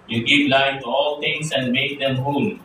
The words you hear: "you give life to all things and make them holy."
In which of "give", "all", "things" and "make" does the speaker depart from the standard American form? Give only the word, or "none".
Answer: things